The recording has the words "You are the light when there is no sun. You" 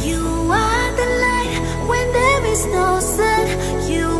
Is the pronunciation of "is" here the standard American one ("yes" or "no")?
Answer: yes